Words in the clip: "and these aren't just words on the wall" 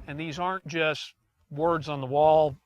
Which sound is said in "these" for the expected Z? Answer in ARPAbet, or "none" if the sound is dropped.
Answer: Z